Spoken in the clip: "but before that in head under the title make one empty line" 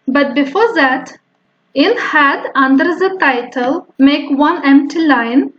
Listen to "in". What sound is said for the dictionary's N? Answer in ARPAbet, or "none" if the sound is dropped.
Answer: L